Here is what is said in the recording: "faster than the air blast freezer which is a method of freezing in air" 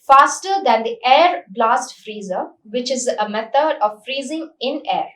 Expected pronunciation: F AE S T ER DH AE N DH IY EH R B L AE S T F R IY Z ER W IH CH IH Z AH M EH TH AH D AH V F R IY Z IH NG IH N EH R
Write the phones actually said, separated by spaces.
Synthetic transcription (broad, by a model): F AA S T ER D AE N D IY EH R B L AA S T F R IY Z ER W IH CH IH Z AH M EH T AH D AH V F R IY Z IH NG IH N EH R